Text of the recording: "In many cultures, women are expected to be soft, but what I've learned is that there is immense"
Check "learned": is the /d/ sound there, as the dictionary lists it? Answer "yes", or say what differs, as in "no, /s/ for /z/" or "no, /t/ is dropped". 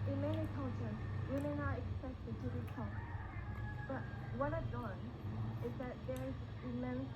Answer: no, /d/ is dropped